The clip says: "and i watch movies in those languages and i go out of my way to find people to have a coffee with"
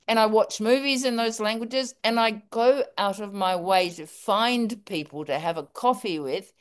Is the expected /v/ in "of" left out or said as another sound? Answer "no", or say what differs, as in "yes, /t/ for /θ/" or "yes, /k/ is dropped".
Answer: no